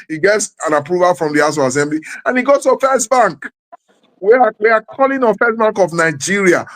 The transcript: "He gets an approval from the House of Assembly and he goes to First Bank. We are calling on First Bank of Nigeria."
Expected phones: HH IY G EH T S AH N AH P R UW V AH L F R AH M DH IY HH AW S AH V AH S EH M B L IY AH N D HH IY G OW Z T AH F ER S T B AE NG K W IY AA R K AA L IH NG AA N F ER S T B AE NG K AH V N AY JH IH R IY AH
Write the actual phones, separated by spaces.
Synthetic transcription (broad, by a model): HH IY G EH T S AH N AH P R UW V AH L F R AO M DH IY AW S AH AH S EH M B L IY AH N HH IY G OW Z T AH F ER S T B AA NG K W IY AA W K AA L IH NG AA F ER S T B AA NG K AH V N AY JH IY R IY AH